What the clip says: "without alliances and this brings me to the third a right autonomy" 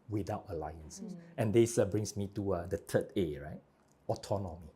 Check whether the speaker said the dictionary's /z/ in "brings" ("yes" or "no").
no